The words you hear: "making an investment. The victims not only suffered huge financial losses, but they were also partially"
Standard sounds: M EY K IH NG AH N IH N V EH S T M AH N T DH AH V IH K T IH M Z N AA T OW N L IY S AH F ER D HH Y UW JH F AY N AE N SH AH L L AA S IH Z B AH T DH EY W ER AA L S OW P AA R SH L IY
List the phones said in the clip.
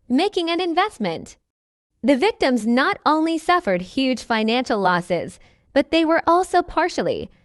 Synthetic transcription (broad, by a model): M EY K IH NG AH N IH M V EH S T M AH N T DH AH V IH K T IH M Z N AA T OW N L IY S AH F ER D HH Y UW JH F AY N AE N SH L L AA S IH Z B AH T DH EY W ER AA L S OW P AA R SH L IY